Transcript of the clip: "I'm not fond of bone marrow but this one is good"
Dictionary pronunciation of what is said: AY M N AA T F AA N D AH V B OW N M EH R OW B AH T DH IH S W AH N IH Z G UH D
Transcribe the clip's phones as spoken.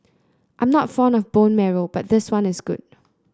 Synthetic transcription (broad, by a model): AY M N AA T F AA N AH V B OW N M EH R OW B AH T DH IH S W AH N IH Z G UH D